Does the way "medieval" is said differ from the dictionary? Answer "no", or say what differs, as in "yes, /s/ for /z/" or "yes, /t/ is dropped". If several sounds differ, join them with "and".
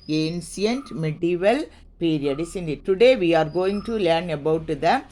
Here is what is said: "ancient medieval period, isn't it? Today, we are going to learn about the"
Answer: no